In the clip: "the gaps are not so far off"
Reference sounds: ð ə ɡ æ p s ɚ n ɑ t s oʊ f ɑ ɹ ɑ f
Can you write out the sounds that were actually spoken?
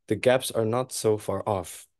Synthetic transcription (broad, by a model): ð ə ɡ æ p s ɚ n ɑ t s oʊ f ɑ ɹ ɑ f